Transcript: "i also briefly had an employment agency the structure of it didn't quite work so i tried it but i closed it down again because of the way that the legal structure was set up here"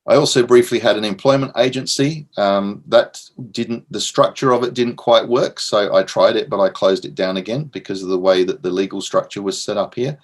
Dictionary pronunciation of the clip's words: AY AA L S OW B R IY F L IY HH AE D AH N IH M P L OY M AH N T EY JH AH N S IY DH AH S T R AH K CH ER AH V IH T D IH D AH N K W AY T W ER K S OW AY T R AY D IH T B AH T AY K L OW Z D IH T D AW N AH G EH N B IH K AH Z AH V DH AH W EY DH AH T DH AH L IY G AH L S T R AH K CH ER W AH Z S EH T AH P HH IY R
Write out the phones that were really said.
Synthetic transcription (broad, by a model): AY AA L S OW B R IY F L IY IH D AH N IH M P L OY M AH N T EY JH AH N S IY DH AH S T R AH K CH ER AH V IH T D IH D N K W AY T W ER K S OW AY T R AY D IH T B AH T AY K L OW Z D IH T D AW N AH G EH N B IH K AH Z AH V DH AH W EY DH AH T DH AH L IY G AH L S T R AH K CH ER W AH Z S EH T AH P HH IY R